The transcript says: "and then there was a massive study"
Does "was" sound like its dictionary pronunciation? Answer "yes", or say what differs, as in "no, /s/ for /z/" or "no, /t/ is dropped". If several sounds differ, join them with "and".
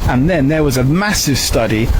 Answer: yes